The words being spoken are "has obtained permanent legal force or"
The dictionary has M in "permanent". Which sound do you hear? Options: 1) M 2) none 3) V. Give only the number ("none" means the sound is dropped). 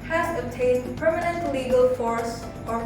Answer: 1